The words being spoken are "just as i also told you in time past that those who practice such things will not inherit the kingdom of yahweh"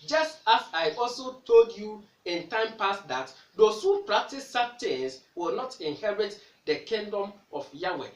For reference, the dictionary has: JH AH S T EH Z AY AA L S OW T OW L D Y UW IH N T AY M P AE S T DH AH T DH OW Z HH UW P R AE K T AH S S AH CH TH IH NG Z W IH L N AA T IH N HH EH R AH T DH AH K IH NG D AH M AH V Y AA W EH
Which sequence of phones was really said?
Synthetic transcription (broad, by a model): JH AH S T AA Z AY AA L S OW T OW L D Y UW IH N T AY M P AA S T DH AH T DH OW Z HH UW P R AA K T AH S S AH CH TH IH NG S W IH L N AA T IH N HH EH R AH T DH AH K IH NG D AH M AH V Y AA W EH